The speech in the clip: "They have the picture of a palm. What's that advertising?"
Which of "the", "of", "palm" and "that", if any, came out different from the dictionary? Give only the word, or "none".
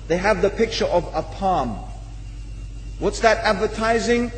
none